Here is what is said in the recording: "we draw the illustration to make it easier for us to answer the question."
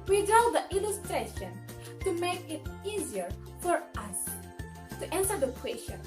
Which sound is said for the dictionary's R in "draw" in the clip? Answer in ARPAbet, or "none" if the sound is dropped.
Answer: none